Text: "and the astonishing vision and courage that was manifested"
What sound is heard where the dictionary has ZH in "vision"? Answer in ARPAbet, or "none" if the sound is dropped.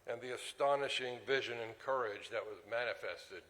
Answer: ZH